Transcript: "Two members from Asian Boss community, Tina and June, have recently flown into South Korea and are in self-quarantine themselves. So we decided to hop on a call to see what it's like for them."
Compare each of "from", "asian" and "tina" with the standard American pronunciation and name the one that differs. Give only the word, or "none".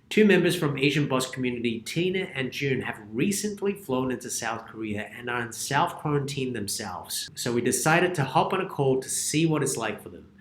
none